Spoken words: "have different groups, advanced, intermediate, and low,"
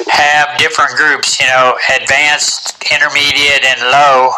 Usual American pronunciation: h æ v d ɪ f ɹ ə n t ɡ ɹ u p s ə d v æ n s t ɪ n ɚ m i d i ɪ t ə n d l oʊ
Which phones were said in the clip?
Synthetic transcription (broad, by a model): h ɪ v d ɪ f ɹ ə n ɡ ɹ u p s ə d v æ n s t ɪ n ɚ m i d i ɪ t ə n l oʊ